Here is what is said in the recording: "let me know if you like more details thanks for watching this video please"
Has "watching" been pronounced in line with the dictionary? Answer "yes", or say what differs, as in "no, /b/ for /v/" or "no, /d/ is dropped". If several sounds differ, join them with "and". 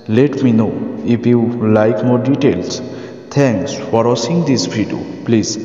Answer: no, /s/ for /tʃ/